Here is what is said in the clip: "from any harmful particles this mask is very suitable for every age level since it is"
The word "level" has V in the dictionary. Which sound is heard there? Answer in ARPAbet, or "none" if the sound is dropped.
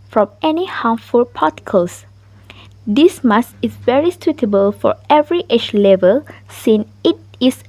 V